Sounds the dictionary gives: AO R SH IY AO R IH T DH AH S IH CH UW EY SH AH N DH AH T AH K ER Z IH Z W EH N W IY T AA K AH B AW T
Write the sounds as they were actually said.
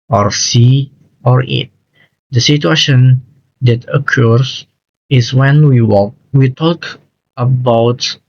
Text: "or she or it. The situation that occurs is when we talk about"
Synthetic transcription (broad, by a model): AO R S IY AO R IH T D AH S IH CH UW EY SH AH N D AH T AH K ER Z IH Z W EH N W IY T AA K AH B AW T